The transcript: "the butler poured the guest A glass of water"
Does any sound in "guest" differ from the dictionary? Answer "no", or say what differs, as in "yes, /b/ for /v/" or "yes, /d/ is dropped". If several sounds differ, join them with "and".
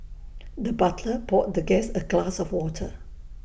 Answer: yes, /t/ is dropped